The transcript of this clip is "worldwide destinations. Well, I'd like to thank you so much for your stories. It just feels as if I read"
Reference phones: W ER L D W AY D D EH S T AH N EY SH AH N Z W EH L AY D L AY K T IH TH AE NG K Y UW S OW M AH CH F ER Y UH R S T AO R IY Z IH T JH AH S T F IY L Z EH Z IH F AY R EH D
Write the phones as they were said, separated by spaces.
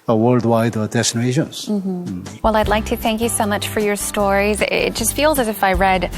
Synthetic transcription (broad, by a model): W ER L D W AY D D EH S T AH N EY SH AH N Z W EH L AY D L AY K T IH TH AE NG K Y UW S OW M AH CH F ER Y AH R S T AO R IY Z IH T JH AH S T F IY L Z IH Z IH F AY R EH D